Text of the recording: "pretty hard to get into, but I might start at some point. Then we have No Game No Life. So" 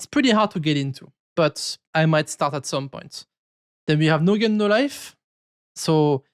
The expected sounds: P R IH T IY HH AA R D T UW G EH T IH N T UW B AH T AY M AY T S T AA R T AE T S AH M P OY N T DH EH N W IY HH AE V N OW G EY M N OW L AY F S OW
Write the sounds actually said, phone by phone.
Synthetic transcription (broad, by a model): P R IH T IY HH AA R D T UW G EH T IH N T UW B AH T AY M AY T S T AA R T AE T S AH M P OY N T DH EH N W IY HH AE V N OW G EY N OW L AY F S OW